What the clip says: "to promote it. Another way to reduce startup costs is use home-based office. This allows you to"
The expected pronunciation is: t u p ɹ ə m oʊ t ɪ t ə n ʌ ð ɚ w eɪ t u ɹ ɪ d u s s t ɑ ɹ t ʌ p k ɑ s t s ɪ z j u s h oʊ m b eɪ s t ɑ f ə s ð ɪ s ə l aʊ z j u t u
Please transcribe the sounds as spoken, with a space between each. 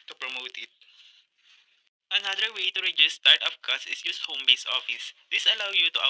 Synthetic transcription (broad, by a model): t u p ɹ ə m oʊ t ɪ t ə n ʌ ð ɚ w eɪ t u ɹ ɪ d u s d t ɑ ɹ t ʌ f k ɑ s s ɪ s j u s h oʊ m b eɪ s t ɑ f ə s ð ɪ s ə l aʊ j u t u